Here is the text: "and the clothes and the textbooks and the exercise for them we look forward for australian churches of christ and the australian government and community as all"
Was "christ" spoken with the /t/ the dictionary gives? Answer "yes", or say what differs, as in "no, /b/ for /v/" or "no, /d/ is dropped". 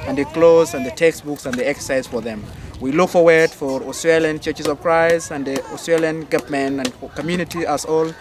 no, /t/ is dropped